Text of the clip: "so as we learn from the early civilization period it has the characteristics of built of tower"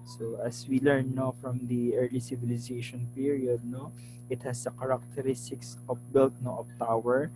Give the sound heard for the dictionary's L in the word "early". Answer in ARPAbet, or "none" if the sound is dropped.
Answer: L